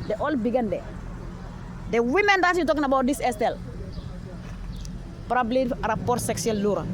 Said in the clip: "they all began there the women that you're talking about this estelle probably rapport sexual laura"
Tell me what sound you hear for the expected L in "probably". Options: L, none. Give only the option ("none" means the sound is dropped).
L